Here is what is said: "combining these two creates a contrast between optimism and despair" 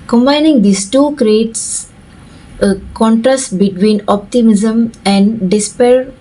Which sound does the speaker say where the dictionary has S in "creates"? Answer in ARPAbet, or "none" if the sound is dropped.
S